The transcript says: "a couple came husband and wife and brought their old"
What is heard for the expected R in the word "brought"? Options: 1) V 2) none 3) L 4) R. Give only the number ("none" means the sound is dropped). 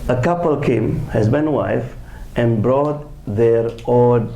4